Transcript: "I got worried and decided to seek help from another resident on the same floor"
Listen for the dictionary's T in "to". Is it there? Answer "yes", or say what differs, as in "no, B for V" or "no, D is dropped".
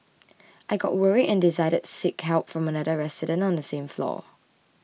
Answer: no, S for T